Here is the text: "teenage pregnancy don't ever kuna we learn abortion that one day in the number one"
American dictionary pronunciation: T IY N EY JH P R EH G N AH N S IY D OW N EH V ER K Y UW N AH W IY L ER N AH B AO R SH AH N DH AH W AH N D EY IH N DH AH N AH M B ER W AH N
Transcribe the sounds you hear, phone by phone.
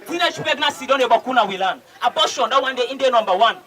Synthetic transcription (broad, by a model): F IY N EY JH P EH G N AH S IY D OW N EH B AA K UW N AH W IY L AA N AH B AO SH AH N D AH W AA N D EY IH N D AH N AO M B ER W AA N